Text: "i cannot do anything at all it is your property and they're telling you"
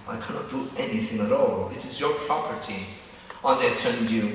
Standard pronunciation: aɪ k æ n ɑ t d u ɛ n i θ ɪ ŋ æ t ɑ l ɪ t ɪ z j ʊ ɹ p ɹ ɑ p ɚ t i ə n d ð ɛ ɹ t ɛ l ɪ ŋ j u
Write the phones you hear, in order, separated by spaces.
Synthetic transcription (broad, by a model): aɪ k æ n ɑ t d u ɛ n i θ ɪ ŋ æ t ɑ l ɪ t ɪ z j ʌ ɹ p ɹ ɑ p ɚ t i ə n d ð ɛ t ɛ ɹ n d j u